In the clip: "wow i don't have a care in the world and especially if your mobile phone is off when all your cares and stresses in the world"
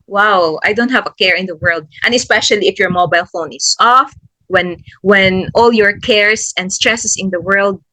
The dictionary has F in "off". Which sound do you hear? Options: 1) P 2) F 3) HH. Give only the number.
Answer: 2